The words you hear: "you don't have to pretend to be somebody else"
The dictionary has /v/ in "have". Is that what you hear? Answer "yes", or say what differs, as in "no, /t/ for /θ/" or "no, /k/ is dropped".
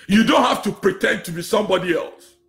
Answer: no, /f/ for /v/